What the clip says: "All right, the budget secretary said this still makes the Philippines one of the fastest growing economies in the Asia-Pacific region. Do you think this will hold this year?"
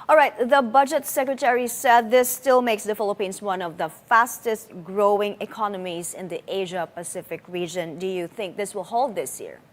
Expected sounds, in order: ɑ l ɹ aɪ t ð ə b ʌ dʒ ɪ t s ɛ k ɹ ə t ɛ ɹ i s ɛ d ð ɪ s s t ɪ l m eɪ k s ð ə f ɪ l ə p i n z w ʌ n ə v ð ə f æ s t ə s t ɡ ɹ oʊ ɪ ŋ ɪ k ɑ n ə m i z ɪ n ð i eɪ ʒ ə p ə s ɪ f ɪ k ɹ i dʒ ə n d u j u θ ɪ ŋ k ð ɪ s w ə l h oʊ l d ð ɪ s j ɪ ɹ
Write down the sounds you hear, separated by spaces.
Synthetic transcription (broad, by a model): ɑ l ɹ aɪ t ð ə b ʌ dʒ ɪ t s ɛ k ɹ ə t ɛ ɹ i s ɛ d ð ɪ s s t ɪ l m eɪ k s ð ə f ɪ l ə p i n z w ʌ n ə v ð ə f æ s t ə s t ɡ ɹ oʊ ɪ ŋ ɪ k ɑ n ə m i z ɪ n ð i eɪ ʒ ə p ə s ɪ f ɪ k ɹ i dʒ ə n d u j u θ ɪ ŋ k ð ɪ s w ə l h oʊ l d ð ɪ s j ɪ ɹ